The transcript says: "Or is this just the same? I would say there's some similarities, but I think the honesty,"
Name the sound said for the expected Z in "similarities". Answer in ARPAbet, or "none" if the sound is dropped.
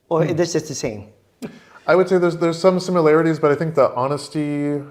Z